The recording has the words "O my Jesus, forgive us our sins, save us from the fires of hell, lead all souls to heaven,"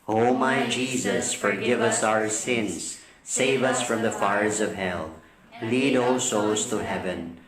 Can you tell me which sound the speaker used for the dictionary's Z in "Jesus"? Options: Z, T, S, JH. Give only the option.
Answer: Z